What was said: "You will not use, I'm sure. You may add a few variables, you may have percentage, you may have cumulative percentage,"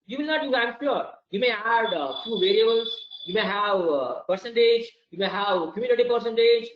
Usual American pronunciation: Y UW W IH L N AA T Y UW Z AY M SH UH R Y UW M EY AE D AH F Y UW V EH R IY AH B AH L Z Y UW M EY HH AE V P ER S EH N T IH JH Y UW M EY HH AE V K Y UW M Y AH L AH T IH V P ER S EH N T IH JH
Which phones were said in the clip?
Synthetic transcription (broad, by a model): Y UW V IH L N AA T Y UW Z AY M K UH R Y UW M EY AE D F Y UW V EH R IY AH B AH L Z Y UW M EY HH AE V P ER S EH N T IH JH Y UW M EY HH AE V K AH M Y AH N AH T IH P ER S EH N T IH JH